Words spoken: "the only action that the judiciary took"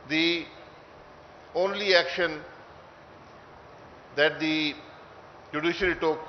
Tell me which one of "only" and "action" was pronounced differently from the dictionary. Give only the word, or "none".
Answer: none